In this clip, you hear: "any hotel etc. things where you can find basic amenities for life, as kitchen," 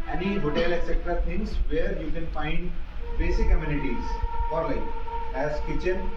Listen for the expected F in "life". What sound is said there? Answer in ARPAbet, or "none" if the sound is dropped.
none